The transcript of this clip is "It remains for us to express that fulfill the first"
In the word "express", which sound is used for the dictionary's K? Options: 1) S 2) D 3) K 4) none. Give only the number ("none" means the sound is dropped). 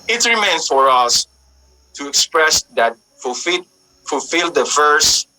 3